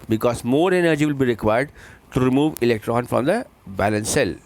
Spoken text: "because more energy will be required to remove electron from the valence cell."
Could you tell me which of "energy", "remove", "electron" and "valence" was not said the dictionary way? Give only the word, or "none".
valence